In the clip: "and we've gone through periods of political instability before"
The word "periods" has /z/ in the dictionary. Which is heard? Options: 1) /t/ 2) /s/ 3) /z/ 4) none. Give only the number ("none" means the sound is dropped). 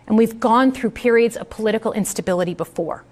3